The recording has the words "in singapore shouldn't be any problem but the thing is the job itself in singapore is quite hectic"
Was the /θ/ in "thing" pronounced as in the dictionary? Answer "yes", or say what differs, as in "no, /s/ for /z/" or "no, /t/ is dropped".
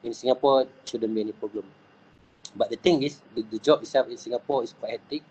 no, /t/ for /θ/